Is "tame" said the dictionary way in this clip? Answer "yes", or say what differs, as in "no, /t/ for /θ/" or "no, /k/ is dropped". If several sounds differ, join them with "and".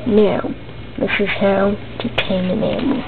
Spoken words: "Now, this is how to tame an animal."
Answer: no, /m/ is dropped